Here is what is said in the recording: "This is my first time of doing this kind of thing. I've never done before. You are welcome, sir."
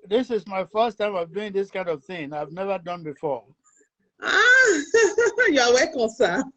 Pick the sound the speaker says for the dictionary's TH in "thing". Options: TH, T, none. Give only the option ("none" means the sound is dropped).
TH